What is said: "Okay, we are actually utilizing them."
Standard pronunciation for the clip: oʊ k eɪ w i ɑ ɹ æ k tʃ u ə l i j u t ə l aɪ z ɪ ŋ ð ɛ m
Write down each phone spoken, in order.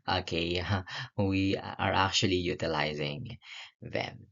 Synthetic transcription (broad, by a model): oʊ k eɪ w i ɑ ɹ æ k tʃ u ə l i j u t ə l aɪ z ɪ ŋ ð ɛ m